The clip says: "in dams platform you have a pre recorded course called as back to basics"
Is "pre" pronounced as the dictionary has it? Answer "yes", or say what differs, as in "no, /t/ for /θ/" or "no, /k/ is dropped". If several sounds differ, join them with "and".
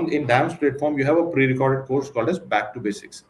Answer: yes